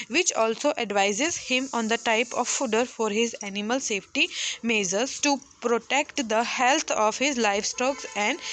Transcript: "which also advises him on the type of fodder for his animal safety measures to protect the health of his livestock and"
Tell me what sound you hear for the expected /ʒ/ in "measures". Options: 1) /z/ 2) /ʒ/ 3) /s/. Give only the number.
1